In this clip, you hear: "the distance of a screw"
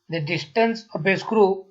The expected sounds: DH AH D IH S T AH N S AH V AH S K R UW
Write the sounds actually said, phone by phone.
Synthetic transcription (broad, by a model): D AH D IH S T AH N S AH P AH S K R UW